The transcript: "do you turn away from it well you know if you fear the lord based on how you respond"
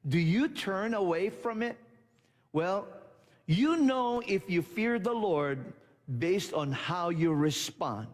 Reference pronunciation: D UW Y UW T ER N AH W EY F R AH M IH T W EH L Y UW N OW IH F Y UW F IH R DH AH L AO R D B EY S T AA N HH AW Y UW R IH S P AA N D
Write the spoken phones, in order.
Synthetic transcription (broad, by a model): D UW Y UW T ER N AH W EY F R AH M IH T W EH L Y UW N OW IH F Y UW F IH R DH AH L AO R D B EY S T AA N HH AW Y UW R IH S P AA N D